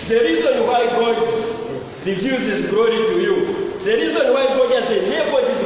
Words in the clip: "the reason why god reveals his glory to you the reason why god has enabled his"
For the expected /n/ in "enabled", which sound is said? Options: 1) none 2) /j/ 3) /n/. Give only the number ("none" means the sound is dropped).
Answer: 1